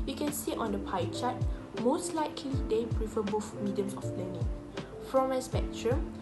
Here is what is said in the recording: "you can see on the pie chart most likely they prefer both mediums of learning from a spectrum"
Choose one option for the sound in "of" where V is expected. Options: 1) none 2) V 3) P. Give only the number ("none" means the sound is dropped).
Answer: 3